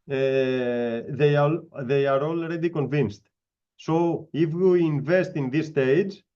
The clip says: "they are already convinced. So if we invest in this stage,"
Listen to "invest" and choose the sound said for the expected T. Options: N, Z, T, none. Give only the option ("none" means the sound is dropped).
T